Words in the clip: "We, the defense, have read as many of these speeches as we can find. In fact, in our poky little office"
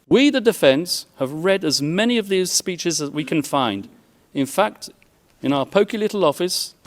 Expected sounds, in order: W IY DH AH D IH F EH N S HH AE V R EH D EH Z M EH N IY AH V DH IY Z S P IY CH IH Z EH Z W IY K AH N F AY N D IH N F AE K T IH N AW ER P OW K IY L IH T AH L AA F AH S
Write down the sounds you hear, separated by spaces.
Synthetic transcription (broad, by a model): W IY DH AH D IH F EH N S HH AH V R EH D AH Z M EH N IY AH V DH IY Z S P IY CH IH Z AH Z W IY K AH N F AY N D IH N F AE K T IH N AW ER P OW K IY L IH T L AA F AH S